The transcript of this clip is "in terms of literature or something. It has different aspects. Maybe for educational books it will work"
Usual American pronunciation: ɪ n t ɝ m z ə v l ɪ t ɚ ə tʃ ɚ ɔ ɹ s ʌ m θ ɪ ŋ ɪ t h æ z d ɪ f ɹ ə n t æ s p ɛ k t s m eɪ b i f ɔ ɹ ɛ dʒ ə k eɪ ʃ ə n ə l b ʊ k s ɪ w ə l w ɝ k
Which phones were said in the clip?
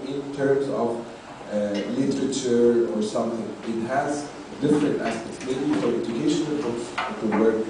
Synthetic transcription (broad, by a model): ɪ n t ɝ m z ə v l ɪ t ɚ ə tʃ ɚ ɔ ɹ s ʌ m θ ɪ ŋ ɪ t h æ z d ɪ f ɹ ə n t æ s p ɛ k t s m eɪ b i f ɔ ɹ ɛ dʒ ə k eɪ ʃ ə n ə l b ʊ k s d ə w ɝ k